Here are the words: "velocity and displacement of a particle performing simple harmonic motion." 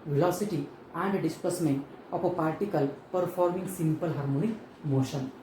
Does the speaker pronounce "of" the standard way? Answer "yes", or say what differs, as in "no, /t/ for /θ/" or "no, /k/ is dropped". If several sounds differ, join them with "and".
no, /p/ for /v/